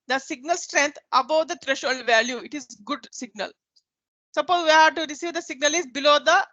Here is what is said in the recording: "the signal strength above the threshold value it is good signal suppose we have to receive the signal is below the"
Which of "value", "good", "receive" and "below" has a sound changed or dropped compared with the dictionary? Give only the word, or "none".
none